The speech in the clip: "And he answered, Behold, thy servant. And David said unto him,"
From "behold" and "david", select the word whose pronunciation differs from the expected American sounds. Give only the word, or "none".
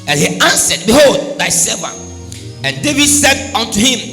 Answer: none